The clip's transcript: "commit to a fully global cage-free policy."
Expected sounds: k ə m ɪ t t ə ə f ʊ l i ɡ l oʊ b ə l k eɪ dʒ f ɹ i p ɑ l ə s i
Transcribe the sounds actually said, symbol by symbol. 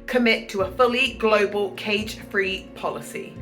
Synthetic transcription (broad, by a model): k ə m ɪ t t ə ə f ʊ l i ɡ l oʊ b ə l k eɪ dʒ f ɹ i p ɑ l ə s i